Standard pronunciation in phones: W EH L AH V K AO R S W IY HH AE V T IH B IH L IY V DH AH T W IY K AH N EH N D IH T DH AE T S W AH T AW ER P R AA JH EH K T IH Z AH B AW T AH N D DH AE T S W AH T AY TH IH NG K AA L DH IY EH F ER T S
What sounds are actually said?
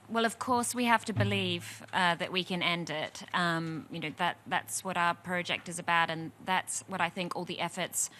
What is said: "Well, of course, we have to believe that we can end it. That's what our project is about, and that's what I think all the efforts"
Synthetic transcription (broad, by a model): W EH L AH V K AO R S W IY HH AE F T IH B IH L IY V DH AH T W IY K AH N EH N D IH T DH AE T S W AH T AW ER P R AA JH EH K T IH Z AH B AW T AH N DH AE T S W AH T AY TH IH NG K AA L DH IY EH F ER T S